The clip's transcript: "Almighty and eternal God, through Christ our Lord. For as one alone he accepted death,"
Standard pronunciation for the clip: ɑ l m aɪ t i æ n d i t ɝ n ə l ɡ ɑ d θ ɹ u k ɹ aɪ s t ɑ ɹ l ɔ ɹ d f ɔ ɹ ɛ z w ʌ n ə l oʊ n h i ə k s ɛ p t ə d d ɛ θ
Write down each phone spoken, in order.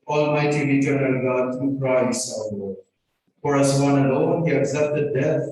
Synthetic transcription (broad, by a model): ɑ l m aɪ t i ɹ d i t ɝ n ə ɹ ɡ ɑ d t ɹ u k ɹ aɪ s ɑ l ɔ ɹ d f ɔ ɹ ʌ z w ʌ n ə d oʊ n h i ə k s ɛ p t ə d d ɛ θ